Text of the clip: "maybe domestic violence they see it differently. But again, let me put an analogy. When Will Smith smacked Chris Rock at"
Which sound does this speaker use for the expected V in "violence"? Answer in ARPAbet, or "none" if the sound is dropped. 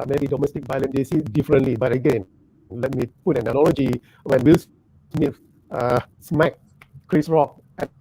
B